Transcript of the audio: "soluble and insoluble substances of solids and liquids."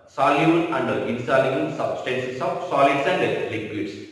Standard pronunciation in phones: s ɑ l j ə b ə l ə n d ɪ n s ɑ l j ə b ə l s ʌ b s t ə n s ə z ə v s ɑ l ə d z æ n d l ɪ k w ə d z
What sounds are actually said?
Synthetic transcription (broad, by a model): s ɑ l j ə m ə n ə n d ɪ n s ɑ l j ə ə n s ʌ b s t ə n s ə s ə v s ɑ l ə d s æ n d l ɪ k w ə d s